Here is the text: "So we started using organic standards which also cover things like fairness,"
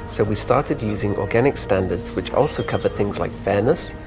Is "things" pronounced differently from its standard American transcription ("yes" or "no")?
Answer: no